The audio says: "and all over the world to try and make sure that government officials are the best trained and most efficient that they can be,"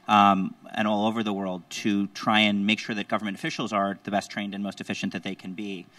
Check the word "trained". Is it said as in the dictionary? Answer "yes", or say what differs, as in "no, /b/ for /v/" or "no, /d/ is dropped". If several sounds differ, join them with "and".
yes